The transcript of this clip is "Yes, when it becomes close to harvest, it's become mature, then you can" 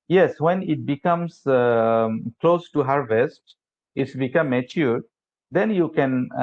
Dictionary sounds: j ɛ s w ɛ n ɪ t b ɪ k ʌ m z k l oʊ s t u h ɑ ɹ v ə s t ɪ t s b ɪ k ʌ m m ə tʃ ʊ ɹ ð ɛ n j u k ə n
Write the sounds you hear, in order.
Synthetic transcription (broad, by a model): j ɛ s w ɛ n ɪ t b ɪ k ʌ m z k l oʊ s t u h ɑ ɹ v ə s t ɪ t s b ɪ k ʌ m m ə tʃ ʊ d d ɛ n j u k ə n